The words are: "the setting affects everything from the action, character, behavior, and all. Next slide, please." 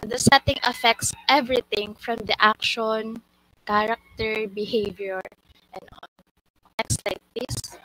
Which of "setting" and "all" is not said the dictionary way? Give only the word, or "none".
all